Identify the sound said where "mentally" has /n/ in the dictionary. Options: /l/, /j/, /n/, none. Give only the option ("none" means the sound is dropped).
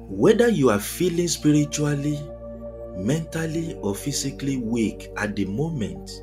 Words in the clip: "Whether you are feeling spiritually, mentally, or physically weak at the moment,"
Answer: /n/